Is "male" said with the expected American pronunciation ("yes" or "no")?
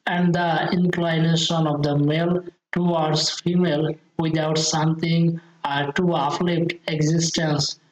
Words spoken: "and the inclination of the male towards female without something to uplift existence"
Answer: yes